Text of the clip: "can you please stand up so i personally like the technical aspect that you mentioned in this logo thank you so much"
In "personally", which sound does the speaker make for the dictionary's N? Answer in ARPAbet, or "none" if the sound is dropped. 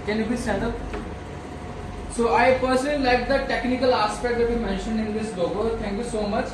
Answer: none